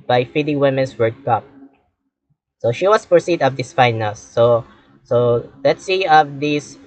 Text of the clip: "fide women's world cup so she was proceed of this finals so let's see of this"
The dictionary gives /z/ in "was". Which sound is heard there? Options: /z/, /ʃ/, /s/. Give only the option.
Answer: /s/